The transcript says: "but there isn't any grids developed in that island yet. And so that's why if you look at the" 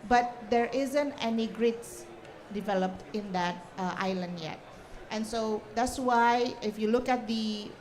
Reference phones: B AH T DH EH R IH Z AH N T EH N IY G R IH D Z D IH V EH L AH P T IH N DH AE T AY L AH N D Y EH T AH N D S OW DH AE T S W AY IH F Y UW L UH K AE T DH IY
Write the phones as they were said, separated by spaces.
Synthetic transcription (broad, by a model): B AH T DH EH R IH Z AH N T EH N IY G R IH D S D IH V EH L AH P T IH N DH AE T AY L AH N D Y EH T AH N S OW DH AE T S W AY IH F Y UW L UH K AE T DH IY